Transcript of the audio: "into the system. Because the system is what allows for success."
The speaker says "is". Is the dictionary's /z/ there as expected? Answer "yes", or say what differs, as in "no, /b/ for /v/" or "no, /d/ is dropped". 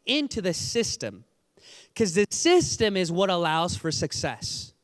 yes